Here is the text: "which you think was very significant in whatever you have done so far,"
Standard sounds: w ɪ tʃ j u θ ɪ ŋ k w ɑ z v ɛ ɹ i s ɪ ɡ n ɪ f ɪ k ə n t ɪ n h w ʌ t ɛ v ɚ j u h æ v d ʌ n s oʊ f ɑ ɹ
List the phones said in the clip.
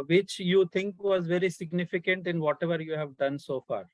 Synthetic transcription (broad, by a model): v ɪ tʃ j u t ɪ ŋ k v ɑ z v ɛ ɹ i s ɪ ɡ n ɪ f ɪ k ə n t ɪ n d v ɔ t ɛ v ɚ j u h æ v d ʌ n s oʊ f ɑ ɹ